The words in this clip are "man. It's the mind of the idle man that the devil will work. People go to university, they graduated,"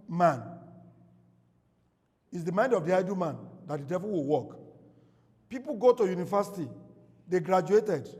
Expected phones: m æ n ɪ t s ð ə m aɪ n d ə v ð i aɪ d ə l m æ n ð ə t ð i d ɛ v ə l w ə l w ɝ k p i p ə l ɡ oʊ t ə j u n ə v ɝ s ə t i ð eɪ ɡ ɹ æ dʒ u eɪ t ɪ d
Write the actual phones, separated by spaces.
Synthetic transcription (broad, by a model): m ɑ n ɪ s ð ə m aɪ n d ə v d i aɪ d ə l m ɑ n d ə t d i d ɛ v ə l w ə l w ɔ k p i p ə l ɡ oʊ t ə j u n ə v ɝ s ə t i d eɪ ɡ ɹ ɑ dʒ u eɪ t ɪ d